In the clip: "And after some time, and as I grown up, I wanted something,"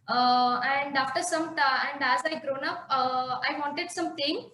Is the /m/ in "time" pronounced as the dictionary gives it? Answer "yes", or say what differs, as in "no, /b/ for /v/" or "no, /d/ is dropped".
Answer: no, /m/ is dropped